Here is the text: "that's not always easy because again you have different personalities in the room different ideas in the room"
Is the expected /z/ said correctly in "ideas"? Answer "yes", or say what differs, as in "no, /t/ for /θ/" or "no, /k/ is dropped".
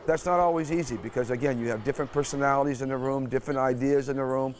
yes